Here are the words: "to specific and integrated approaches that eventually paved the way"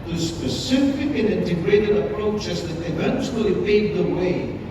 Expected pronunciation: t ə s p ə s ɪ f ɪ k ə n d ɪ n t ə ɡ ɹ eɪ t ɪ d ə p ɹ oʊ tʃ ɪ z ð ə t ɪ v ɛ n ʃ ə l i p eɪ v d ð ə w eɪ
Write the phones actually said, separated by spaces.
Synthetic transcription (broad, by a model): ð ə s ə s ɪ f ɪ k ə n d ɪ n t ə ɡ ɹ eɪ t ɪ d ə p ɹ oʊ tʃ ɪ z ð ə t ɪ v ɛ n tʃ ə l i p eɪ d ð ə w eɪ